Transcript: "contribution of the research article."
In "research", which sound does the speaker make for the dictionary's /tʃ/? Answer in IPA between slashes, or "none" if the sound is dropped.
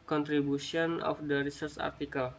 /s/